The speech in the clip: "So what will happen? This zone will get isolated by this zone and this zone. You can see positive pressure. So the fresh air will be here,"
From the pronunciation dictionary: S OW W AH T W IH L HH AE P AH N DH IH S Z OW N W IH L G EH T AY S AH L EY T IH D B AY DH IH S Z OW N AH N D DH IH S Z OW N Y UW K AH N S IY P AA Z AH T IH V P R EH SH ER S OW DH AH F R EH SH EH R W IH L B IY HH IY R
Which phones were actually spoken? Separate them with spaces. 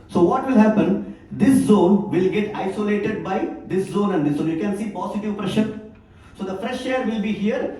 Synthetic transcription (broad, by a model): S OW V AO T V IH L HH AE P AH N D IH S Z OW N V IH L G EH T AY S AH L EY T IH D B AY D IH S Z OW N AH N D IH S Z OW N Y UW K AH N S IY P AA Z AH T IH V P R EH SH ER S OW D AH F R EH SH EH R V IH L B IY HH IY R